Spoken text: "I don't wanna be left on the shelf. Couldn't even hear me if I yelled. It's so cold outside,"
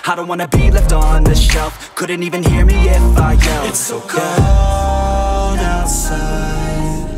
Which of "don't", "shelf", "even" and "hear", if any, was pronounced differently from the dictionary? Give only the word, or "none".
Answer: none